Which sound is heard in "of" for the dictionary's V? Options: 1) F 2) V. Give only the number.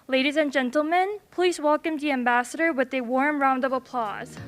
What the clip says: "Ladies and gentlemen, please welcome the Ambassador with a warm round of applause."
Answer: 2